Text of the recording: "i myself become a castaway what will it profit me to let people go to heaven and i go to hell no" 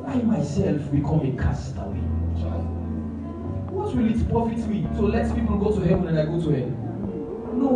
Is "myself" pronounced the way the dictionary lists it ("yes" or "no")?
yes